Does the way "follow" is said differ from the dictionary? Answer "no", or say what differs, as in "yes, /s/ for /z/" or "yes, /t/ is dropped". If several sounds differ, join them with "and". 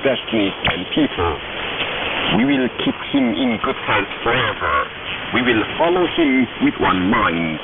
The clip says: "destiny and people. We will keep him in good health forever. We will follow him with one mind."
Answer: no